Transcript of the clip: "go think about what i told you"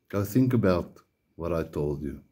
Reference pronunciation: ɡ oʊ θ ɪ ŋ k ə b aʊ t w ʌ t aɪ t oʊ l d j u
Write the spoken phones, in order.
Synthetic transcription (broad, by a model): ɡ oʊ θ ɪ ŋ k ə b aʊ t w ʌ t aɪ t oʊ l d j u